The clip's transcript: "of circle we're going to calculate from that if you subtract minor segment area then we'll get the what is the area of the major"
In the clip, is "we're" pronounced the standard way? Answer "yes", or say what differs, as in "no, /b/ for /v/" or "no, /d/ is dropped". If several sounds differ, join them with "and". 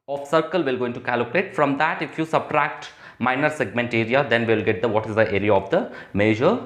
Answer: no, /l/ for /ɹ/